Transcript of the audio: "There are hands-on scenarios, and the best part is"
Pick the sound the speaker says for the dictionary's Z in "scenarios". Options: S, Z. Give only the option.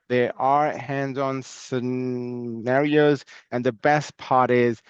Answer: Z